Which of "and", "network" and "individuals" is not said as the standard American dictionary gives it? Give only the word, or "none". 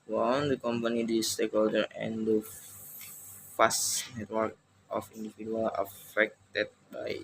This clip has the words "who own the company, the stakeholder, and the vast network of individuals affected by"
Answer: individuals